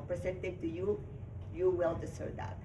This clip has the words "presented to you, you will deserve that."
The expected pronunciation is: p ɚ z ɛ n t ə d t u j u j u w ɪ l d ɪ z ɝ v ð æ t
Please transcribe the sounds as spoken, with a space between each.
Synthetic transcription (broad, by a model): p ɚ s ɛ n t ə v t u j u j u w ɪ l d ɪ s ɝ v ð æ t